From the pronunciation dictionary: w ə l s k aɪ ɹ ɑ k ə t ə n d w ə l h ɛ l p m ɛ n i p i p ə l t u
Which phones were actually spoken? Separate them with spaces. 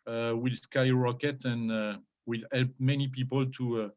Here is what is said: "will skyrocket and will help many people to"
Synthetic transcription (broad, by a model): w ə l s k aɪ ɹ ɑ k ə t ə n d w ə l h ɛ l p m ɛ n i p i p ə l t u